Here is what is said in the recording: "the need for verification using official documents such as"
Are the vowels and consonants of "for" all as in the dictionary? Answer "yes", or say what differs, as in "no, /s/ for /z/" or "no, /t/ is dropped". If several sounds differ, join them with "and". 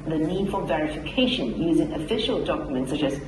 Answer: no, /l/ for /ɹ/